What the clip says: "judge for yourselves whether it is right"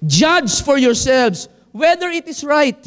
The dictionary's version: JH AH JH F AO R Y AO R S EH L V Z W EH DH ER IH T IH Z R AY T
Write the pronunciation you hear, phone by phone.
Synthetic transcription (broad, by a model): JH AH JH F AO R Y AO R S EH L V S W EH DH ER IH T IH S R AY T